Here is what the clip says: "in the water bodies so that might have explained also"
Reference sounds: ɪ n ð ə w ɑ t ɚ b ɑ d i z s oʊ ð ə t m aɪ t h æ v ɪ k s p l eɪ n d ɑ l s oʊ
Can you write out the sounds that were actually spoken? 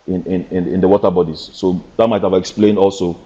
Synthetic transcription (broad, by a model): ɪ n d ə w ɑ t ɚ b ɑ d i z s oʊ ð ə t m aɪ t h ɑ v ɪ k s p l eɪ n d ɑ l s oʊ